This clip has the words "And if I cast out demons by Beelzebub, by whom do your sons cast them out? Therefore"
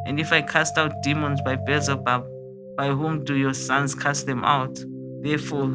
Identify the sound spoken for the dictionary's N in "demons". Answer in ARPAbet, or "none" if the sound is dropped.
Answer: N